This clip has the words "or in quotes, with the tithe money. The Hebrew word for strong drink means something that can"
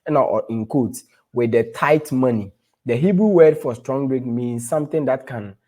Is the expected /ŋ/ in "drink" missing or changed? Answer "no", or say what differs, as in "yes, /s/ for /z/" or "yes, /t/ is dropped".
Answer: yes, /ŋ/ is dropped